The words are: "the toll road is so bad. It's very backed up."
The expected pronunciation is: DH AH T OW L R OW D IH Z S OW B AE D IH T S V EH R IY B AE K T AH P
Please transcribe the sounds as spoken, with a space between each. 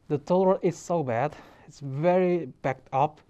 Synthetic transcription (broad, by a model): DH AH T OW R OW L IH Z S OW B AE D IH T S V EH R IY B AE K T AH P